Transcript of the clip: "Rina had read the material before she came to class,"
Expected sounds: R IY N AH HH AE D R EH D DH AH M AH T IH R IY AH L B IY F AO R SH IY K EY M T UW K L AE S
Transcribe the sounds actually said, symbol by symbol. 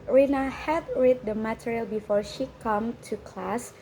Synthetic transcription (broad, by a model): R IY N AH HH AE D R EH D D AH M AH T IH R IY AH L B IY F AO R SH IY K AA M T UW K L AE S